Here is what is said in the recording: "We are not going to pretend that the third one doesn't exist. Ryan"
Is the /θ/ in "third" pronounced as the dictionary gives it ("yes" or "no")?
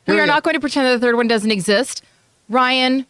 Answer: yes